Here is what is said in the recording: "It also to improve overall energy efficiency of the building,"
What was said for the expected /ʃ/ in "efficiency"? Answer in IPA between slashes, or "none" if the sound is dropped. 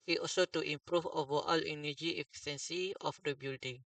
/s/